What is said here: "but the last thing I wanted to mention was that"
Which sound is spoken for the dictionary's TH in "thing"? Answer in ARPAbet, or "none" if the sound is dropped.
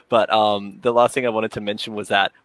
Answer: TH